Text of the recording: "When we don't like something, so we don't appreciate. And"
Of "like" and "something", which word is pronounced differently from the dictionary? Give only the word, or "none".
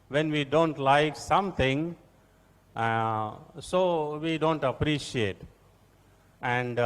something